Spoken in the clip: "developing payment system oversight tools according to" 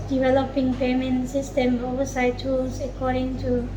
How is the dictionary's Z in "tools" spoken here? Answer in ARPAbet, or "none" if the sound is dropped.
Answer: S